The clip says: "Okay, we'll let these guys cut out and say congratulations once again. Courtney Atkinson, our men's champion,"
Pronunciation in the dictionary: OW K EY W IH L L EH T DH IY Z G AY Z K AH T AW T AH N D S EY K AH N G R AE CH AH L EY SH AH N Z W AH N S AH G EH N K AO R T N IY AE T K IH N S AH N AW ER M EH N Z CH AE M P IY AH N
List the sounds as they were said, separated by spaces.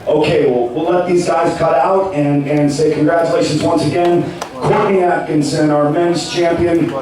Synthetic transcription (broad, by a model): OW K EY W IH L L EH T DH IY Z G AY Z K AH T AW T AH N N S EY K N G R AE CH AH L EY SH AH N Z W AH N S AH G EH N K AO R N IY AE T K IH N S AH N AW ER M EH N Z CH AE M P IY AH N